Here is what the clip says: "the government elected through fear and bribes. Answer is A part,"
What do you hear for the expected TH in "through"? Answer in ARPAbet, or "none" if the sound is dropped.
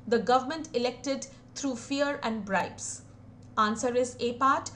T